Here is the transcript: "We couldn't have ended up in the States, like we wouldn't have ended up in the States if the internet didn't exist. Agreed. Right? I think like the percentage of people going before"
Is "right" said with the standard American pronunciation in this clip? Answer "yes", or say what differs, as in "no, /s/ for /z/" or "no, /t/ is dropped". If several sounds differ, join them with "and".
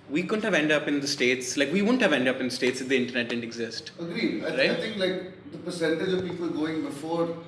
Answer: no, /t/ is dropped